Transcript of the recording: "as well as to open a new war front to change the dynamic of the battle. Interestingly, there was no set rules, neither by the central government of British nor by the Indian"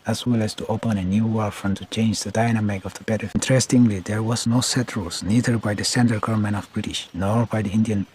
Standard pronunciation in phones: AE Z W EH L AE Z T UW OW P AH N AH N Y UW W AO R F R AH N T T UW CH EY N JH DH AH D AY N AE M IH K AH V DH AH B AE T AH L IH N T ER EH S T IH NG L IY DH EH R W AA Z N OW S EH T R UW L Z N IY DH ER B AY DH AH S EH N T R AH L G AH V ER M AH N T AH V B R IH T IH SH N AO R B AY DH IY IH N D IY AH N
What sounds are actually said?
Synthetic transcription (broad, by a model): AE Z W EH L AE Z T UW OW P AH N AH N Y UW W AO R F R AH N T T UW CH EY N JH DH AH D AY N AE M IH K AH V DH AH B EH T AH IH N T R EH S T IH NG L IY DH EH R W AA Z N OW S EH T R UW L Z N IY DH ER B AY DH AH S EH N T AH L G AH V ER M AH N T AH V B R IH T IH SH N AO R B AY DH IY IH N D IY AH N